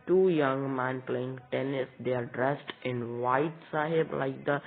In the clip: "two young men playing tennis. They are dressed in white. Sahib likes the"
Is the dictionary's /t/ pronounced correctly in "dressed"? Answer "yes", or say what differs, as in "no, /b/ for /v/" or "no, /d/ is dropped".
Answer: yes